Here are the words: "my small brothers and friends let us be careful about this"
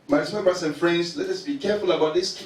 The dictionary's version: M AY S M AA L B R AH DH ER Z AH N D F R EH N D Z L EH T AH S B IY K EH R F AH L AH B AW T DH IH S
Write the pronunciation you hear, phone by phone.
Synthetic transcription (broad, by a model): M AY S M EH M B AH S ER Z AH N F R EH N D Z L EH T AH S B IY K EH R F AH L AH B AW T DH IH S